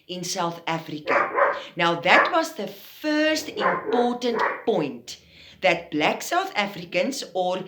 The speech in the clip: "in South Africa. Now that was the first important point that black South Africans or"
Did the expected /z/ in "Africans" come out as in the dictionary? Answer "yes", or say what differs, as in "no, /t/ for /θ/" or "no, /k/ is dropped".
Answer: no, /s/ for /z/